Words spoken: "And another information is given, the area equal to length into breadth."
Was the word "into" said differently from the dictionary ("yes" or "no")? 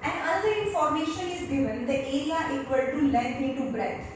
yes